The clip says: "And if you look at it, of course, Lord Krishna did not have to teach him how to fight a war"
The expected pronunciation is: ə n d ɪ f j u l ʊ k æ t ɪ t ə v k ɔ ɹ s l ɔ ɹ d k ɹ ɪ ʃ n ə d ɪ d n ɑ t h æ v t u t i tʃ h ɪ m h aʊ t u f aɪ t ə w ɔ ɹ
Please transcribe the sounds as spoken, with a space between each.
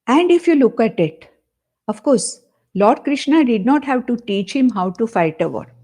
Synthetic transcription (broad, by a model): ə n d ɪ f j u l ʊ k æ t ɪ t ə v k ɔ ɹ s l ɔ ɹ d k ɹ ɪ ʃ n ə d ɪ d n ɑ t h æ v t u t i tʃ h ɪ m h aʊ t u f aɪ t ə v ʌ ɹ